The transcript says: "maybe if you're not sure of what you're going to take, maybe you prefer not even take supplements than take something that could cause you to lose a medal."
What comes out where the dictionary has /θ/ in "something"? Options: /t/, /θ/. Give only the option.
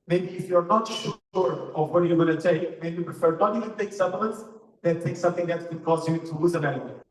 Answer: /θ/